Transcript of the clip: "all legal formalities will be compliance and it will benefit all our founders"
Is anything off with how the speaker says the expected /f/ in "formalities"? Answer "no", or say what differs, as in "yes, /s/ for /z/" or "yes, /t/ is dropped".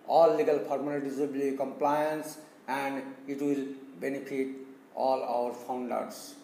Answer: yes, /p/ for /f/